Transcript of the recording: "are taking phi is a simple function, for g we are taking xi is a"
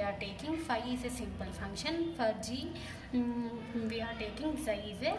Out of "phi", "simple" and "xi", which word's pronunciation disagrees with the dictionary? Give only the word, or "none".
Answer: xi